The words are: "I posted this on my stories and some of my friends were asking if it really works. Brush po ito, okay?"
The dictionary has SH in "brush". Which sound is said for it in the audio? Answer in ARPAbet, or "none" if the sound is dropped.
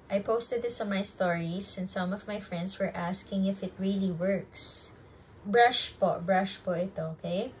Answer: SH